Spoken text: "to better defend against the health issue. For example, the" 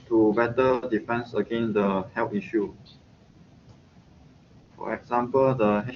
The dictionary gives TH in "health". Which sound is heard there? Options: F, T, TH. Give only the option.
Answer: T